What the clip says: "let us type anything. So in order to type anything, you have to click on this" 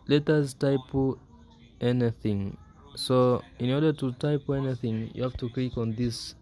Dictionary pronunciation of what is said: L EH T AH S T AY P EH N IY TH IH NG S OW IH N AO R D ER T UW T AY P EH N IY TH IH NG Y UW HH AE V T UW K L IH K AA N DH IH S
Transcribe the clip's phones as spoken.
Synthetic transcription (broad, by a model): L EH T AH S T AY P EH N IY TH IH NG S OW IH N AO R D ER T UW T AY P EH N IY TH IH NG Y UW HH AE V T UW K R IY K AA N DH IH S